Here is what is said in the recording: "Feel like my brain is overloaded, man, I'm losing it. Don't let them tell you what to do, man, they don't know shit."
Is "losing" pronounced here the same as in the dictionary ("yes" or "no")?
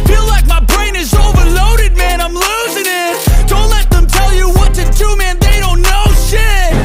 yes